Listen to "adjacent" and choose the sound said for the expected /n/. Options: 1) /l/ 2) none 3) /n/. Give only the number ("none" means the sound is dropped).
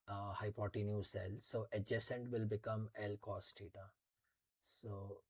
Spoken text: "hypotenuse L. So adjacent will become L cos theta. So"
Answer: 3